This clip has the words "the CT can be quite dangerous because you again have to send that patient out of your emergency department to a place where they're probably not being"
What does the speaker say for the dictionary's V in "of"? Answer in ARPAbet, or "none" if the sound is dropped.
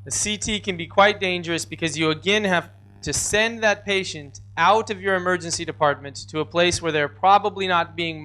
V